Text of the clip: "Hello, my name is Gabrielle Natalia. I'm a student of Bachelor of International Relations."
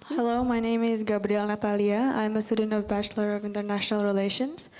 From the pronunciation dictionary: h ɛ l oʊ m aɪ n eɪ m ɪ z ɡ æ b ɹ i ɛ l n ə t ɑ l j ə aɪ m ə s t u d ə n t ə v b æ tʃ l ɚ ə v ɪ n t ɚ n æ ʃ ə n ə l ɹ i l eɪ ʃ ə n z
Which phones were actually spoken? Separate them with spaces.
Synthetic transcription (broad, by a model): h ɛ l oʊ m aɪ n eɪ m ɪ z ɡ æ b ɹ i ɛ l n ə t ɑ l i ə aɪ m ə s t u d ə n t ə v b æ tʃ l ɚ ə v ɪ n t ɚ n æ ʃ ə n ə l ɹ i l eɪ ʃ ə n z